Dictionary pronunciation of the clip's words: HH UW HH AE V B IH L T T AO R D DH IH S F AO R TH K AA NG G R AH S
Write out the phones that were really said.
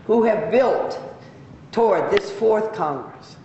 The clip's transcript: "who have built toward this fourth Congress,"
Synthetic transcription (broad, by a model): HH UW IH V B IH L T T AO R D DH IH S F AO R TH K AA NG G R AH S